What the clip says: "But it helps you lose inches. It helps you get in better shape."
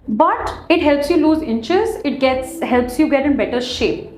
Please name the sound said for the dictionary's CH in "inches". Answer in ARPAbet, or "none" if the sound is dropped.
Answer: CH